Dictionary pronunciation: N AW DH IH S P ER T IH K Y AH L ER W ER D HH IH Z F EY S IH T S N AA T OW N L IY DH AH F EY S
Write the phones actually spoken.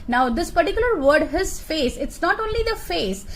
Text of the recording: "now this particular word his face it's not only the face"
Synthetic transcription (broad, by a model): N AW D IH S P ER T IH K Y AH L ER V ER D HH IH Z F EY S IH T S N AA T OW N L IY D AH F EY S